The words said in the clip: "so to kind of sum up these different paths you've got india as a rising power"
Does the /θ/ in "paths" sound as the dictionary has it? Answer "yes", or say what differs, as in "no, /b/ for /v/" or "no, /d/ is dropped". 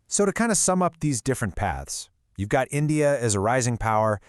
yes